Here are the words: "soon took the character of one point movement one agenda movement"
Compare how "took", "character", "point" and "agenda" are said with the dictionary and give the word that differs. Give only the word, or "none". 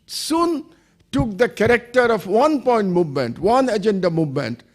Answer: none